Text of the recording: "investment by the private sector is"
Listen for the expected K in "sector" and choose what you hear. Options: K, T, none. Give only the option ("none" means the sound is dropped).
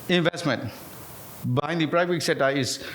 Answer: none